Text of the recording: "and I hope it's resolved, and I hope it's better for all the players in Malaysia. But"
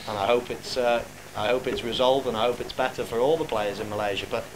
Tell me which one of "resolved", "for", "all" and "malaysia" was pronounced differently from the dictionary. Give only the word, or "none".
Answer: none